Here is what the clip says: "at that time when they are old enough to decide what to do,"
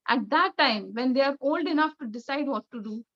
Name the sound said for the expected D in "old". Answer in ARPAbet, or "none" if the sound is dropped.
D